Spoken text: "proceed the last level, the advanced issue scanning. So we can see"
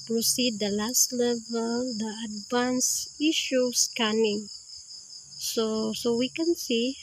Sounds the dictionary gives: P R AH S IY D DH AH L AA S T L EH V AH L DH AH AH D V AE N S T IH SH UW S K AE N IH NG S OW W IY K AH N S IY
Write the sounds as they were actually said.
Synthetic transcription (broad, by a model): P R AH S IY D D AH L AA S T L EH V AH L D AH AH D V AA N S IH SH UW S K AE N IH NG S OW W IY K AH N S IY